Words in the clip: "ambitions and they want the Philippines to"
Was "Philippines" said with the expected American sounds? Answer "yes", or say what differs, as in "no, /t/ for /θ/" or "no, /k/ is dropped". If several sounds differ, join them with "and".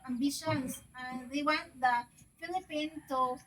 no, /z/ is dropped